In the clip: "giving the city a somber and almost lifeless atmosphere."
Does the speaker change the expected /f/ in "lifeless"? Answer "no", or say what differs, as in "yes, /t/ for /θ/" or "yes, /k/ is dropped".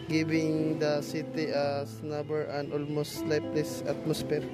yes, /p/ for /f/